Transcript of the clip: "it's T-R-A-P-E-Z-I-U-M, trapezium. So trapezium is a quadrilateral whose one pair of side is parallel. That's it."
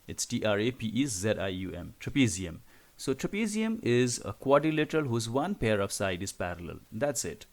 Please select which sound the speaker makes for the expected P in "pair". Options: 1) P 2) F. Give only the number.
1